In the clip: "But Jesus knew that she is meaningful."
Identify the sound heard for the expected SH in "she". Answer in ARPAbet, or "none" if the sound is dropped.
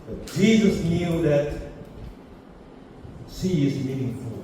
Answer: S